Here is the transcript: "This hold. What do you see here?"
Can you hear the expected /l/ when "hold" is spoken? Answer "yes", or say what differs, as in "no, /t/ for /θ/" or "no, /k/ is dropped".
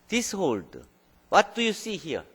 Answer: yes